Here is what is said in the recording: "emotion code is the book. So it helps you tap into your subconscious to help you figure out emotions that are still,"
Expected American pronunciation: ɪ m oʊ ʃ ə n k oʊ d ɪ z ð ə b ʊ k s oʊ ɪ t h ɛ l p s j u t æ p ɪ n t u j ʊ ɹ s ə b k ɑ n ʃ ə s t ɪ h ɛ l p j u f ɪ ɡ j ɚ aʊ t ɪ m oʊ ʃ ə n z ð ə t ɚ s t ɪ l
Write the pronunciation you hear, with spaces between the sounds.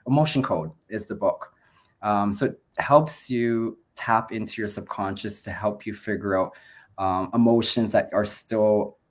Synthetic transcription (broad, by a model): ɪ m oʊ ʃ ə n k oʊ d ɪ z ð ə b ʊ k s oʊ ɪ t h ɛ l p s j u t æ p ɪ n t u j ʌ ɹ s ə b k ɑ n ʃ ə s t ɪ h ɛ l p j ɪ f ɪ ɡ j ɚ aʊ t ɪ m oʊ ʃ ə n z ð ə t ɚ s t ɪ l